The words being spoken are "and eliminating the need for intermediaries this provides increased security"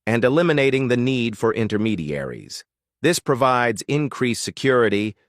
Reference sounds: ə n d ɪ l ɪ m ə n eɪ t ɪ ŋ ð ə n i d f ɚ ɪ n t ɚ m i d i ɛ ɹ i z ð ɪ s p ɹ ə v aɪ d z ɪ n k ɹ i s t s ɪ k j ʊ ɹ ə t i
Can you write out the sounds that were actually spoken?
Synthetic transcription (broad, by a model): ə n d ɪ l ɪ m ə n eɪ t ɪ ŋ ð ə n i d f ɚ ɪ n t ɚ m i d i ɛ ɹ i z ð ɪ s p ɹ ə v aɪ d z ɪ n k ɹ i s s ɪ k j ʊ ɹ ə t i